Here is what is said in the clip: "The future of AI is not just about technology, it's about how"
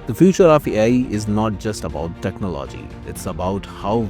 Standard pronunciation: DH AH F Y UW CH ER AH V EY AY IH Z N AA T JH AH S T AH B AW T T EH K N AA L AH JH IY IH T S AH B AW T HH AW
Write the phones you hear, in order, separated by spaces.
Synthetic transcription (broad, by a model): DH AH F Y UW CH ER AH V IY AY IH Z N AA T JH AH S T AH B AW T T EH K N AA L AH JH IY IH T S AH B AW T HH AW